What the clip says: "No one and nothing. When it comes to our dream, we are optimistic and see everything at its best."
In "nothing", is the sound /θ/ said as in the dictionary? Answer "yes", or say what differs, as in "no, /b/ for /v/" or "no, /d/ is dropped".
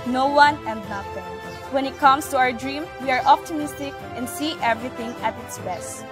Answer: no, /t/ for /θ/